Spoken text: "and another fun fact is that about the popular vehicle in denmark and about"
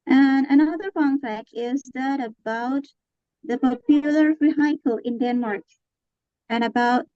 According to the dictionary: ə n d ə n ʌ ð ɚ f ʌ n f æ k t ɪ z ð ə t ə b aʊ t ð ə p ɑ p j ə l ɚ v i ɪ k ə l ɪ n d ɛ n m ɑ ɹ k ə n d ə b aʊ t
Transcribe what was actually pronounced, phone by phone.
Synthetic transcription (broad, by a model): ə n ə n ʌ ð ɚ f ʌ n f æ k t ɪ z ð ə t ə b aʊ t ð ə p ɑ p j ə l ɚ f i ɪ k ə l ɪ n d ɛ n m ɑ ɹ k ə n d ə b aʊ t